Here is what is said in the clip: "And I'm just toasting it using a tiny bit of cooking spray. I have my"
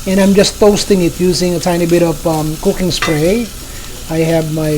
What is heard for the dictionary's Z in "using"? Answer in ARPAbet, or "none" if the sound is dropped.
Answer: Z